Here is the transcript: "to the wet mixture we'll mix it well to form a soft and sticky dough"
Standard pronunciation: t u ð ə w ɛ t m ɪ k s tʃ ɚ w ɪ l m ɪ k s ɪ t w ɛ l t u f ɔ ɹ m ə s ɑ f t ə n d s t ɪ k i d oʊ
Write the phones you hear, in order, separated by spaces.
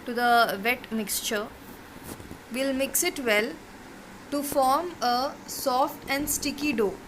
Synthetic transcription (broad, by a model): t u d ə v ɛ t m ɪ k s tʃ ɚ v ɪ l m ɪ k s ɪ t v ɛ l t u f ɔ ɹ m ə s ɑ f t ə n d s t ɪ k i d oʊ